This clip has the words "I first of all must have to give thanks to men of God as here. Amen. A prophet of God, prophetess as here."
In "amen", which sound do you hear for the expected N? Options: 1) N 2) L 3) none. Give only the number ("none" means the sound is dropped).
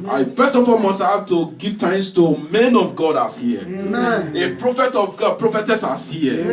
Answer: 3